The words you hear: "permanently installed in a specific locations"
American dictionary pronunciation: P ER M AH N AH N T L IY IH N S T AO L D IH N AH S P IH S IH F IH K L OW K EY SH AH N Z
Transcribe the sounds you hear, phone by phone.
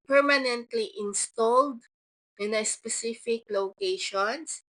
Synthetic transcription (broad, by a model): P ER M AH N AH N T L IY IH N S T AO L D IH N AH S P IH S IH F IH K L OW K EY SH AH N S